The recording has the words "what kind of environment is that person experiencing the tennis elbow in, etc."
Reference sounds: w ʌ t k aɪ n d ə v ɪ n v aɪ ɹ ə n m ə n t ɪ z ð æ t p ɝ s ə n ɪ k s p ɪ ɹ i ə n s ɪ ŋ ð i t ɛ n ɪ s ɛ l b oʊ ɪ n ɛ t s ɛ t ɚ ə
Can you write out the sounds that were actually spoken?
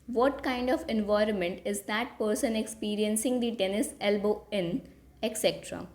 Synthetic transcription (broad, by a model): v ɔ t k aɪ n d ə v ɪ n v aɪ ɹ ə n m ə n t ɪ z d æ t p ɝ s ə n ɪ k s p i ɹ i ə n s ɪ ŋ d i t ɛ n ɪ s ɛ l b oʊ ɪ n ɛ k s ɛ t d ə